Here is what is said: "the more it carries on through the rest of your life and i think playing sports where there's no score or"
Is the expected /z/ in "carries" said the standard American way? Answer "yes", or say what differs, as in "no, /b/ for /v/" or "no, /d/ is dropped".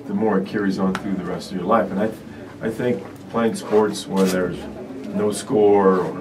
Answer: yes